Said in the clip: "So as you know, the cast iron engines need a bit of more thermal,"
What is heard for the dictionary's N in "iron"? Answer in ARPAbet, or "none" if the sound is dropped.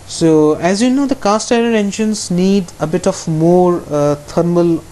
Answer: none